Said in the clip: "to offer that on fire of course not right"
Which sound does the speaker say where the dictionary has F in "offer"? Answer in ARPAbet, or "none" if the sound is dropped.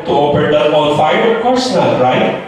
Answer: P